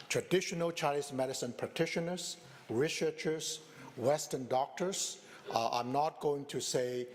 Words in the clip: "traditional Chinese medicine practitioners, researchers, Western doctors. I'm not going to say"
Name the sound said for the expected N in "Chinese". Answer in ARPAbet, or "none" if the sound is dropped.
L